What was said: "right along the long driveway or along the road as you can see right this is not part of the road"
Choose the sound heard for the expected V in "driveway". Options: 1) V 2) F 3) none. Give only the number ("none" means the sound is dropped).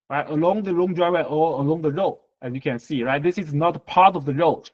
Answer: 3